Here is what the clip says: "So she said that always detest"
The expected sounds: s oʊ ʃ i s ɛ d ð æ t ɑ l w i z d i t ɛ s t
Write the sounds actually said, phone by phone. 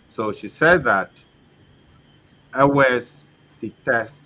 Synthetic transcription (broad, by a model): s oʊ ʃ i s ɛ d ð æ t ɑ w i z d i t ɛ s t